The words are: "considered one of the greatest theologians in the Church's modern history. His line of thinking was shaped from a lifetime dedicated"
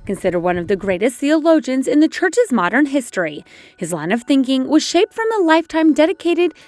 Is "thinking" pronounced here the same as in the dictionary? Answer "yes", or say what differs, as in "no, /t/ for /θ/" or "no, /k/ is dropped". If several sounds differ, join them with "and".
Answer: yes